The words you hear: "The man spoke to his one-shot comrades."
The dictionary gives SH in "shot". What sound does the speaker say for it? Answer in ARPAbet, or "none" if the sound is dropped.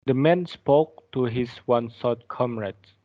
S